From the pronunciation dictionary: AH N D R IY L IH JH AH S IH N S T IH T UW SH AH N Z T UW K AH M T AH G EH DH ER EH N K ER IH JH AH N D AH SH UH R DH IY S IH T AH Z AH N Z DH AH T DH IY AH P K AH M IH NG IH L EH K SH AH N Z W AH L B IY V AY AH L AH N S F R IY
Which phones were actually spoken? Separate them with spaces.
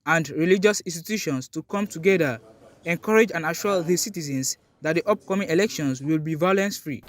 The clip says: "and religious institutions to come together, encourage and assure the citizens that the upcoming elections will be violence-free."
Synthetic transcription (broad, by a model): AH N D R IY L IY JH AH S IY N S T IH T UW SH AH N S T UW K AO M T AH G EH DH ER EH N K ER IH JH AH N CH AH AA L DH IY S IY T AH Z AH N S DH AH T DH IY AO P K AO M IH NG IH L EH K SH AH N S W AH L B IY V AY AH L AH N S F R IY